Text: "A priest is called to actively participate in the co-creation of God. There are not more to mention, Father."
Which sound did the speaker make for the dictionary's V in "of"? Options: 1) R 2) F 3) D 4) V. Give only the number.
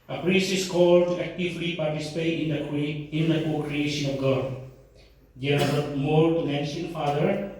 2